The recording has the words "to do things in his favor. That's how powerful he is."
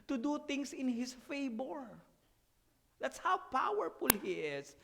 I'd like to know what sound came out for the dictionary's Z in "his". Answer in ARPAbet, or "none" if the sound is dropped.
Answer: S